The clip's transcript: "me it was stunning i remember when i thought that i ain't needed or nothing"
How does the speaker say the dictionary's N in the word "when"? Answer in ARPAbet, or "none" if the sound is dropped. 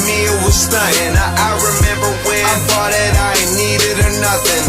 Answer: none